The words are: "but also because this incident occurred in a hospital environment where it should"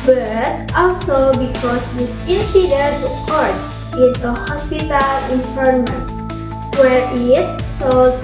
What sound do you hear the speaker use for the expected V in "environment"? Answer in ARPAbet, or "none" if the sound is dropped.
F